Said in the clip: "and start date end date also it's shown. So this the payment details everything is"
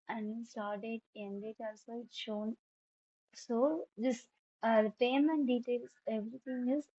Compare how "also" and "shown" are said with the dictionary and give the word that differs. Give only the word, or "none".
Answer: none